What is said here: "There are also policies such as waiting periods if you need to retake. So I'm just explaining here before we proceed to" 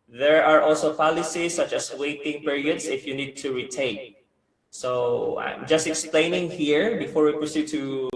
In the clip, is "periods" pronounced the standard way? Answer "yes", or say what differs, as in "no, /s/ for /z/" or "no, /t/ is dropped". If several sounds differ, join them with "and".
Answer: no, /s/ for /z/